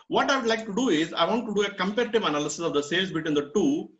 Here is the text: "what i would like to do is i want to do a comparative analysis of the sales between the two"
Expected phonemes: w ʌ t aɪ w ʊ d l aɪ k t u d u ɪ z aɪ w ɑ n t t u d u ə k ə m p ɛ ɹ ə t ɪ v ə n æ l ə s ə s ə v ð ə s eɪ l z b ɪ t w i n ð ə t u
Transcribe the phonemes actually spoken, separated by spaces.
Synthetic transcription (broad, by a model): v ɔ t aɪ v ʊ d l aɪ k t u d u ɪ z aɪ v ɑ n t t u d u ə k ə m p ɛ ɹ ə t ɪ v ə n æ l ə s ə s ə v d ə s eɪ l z b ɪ t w i n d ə t u